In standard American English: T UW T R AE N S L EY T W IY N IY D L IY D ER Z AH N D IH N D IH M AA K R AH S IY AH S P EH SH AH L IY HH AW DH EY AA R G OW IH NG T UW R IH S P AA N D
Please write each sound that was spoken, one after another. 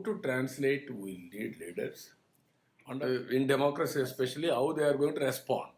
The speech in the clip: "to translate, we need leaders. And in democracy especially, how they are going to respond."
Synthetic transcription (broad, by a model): T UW T R AE N S L EY T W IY L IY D L IY D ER S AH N D IH N D IH M AA K R AH S IY AH S P EH SH AH L IY HH AW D EY AA R G OW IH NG T UW R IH S P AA N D